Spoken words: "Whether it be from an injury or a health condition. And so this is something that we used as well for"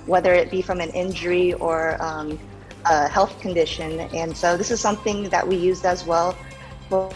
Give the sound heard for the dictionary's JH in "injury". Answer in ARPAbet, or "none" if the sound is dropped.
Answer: JH